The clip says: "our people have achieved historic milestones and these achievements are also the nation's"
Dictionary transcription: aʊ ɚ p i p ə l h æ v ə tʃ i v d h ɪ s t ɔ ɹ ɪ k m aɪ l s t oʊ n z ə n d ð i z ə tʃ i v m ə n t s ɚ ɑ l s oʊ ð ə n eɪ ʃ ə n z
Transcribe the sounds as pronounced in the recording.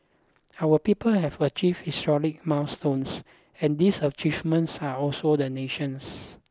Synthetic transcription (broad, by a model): aʊ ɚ p i p ə l h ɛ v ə tʃ i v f h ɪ s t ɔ l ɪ k m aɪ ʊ s t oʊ n s ə n d i s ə tʃ i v m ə n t s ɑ ɑ l s oʊ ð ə n eɪ ʃ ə n s